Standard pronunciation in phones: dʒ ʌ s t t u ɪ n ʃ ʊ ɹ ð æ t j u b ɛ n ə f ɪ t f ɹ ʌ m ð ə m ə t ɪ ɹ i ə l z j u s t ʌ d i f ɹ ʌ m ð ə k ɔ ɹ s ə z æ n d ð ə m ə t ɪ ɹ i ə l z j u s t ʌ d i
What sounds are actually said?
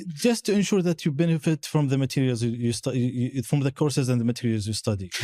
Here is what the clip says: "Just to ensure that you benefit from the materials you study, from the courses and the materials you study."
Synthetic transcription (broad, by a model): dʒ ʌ s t t u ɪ n ʃ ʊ ɹ ð æ t j u b ɛ n ə f ɪ t f ɹ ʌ m ð ə m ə t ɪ ɹ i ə l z j u s t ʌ f ɹ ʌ m ð ə k ɔ ɹ s ə z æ n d ð ə m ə t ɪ ɹ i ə l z j u s t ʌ d i